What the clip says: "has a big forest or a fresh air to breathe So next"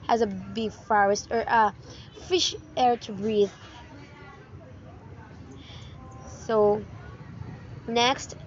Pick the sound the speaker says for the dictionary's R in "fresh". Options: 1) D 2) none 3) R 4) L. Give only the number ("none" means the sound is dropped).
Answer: 2